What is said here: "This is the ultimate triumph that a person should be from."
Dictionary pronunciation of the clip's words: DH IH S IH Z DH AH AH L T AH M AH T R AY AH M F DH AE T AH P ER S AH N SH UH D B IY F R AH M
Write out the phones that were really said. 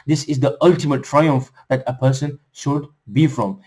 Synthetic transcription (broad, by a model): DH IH S IH Z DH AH AH L T AH M AH T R AY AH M F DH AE T AH P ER S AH N SH UH D B IY F R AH M